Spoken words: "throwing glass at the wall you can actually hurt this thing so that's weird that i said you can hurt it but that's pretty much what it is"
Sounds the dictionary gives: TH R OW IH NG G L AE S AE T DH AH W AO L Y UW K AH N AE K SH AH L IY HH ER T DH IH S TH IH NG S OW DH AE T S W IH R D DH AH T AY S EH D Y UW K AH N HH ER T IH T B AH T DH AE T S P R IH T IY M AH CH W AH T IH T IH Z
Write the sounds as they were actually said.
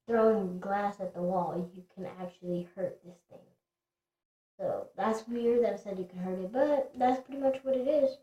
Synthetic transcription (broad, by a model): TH R OW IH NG G L AE S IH T DH AH W AO L Y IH K AH N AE K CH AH L IY HH ER T DH IH S TH IH NG S OW DH AE T S W IH R D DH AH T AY S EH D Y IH K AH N HH ER T IH T B AH T DH AE T S P R IH T IY M AH CH W AH T IH T IH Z